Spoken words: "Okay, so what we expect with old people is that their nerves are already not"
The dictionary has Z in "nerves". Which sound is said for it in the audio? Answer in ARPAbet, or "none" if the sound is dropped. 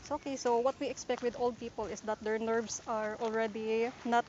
S